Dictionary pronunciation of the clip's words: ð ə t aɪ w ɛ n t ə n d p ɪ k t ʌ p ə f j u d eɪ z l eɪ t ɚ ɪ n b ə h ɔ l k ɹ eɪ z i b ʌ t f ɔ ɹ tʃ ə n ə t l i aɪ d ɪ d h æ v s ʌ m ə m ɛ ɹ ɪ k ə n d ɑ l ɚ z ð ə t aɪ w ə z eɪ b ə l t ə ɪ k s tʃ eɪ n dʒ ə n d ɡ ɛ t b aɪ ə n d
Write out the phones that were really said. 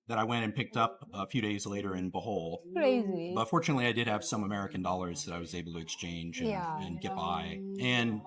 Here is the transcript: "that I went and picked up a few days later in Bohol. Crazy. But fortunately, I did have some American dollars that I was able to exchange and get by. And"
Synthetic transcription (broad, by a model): ð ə t aɪ w ɛ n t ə n p ɪ k t ʌ p ə f j u d eɪ z l eɪ t ɚ ɪ n b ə h ɔ l k ɹ eɪ z i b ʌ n f ɔ ɹ tʃ ə n ə t l i aɪ d ɪ d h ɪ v s ʌ m ə m ɛ ɹ ɪ k ə n d ɑ l ɚ z ð ə t aɪ w ə z eɪ b l t ɪ k s tʃ eɪ n dʒ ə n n ɡ ɛ t b aɪ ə n